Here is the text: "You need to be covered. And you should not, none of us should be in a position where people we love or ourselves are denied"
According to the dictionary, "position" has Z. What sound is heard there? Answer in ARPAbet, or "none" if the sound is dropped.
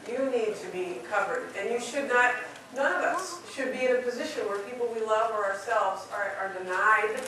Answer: Z